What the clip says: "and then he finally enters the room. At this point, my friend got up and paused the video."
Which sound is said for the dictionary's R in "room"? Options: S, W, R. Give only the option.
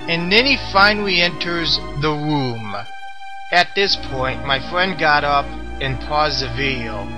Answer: R